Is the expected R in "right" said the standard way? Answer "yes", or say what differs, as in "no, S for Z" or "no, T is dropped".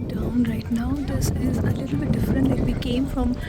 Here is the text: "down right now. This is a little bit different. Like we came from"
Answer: yes